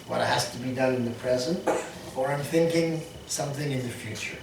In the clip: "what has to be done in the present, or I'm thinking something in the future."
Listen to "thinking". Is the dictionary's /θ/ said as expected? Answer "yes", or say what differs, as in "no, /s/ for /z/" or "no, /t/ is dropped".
yes